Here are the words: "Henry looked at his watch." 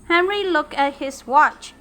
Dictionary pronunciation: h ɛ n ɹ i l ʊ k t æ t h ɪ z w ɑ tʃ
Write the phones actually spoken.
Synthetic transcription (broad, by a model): h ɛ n ɹ i l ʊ k æ t h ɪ s w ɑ tʃ